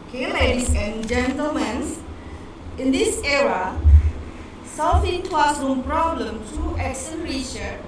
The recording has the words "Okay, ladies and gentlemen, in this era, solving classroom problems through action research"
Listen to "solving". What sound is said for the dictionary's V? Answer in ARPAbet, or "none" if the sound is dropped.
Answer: F